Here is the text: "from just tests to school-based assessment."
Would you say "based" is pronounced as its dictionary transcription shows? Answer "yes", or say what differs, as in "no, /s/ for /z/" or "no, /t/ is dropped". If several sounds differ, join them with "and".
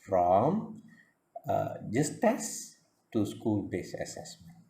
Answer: no, /t/ is dropped